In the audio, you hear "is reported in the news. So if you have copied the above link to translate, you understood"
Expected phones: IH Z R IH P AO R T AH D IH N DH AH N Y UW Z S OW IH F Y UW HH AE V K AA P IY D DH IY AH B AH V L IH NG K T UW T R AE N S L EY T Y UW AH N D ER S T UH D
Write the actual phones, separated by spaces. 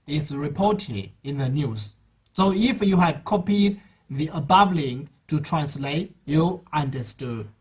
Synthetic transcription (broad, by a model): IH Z R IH P AO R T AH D IH N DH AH N Y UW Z S OW IH F Y UW HH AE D K AA P IY D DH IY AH B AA B L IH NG T UW T R AE N S L EY T Y UW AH N D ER S T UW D